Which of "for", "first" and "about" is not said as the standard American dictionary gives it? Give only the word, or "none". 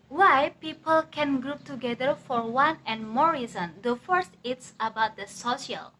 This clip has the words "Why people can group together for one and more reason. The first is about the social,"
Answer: none